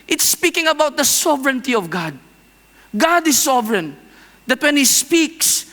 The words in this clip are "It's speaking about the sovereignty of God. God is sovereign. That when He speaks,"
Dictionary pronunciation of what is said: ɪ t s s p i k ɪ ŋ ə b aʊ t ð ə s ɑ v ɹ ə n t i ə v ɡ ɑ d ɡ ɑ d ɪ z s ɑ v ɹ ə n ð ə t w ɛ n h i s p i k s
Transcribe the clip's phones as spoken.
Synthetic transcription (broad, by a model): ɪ t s s p i k ɪ ŋ ə b aʊ t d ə s ɑ v ɹ ə n t i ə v ɡ ɑ d ɡ ɑ d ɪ s ɑ v ɹ ə n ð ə t w ɛ n h i s p i k s